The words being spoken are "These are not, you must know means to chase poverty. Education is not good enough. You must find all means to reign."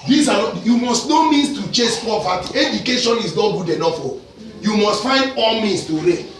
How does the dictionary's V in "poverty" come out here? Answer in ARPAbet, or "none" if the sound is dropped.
P